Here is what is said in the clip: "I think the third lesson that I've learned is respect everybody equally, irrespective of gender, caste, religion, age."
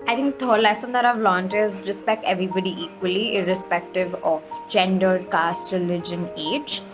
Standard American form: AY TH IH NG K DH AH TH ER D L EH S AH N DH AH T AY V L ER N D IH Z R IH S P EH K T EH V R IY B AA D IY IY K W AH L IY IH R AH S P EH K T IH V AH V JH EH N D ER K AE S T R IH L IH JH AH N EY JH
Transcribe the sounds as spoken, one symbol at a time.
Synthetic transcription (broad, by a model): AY T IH NG K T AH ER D L EH S AH N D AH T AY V L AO N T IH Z R IH S P EH K T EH V R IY B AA D IY IY K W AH L IY IH R AH S P EH K T IH V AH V JH EH N D ER K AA S T R IH L IH JH AH N EY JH